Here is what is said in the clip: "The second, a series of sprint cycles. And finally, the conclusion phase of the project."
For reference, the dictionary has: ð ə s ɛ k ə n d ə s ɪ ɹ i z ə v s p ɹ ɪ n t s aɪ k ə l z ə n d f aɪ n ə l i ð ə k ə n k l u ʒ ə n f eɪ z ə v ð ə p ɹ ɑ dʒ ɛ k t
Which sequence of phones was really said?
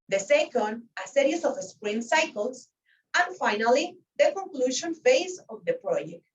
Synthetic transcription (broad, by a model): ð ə s ɛ k ə n d ə s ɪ ɹ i s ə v s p ɹ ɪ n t s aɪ k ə l s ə n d f aɪ n ə l i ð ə k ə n k l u ʃ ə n f eɪ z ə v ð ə p ɹ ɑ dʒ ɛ k t